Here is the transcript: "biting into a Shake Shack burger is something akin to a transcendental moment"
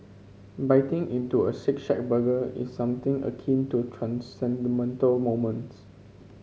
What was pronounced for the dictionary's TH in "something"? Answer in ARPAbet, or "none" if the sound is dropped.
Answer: T